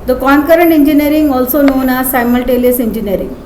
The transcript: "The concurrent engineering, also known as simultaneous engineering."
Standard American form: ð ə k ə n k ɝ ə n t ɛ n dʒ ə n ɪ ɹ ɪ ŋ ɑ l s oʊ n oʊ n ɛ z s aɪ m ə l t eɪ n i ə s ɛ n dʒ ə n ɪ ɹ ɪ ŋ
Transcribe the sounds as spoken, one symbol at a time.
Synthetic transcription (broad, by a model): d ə k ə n k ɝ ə n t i n dʒ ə n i ɹ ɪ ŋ ɑ l s oʊ n oʊ n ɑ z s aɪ m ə l t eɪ l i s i n dʒ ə n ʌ ɹ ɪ ŋ